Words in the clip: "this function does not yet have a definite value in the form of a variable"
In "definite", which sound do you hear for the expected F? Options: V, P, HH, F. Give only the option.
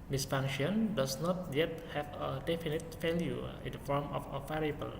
F